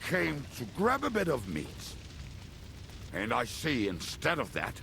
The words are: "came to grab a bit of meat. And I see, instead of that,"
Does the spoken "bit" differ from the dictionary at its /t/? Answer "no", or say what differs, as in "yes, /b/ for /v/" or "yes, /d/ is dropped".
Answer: no